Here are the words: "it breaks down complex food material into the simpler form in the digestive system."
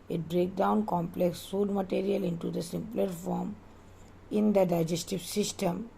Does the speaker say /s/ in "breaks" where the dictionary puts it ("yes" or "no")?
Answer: no